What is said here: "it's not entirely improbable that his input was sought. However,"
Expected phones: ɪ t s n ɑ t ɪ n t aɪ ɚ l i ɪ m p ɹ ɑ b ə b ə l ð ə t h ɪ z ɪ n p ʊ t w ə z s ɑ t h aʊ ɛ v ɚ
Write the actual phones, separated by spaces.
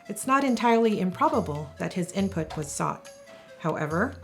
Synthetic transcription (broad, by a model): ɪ t s n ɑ t ɪ n t aɪ ɚ l i ɪ m p ɹ ɑ b ə b ə l ð ə t h ɪ z ɪ n p ʊ t w ə z s ɑ t h aʊ ɛ v ɚ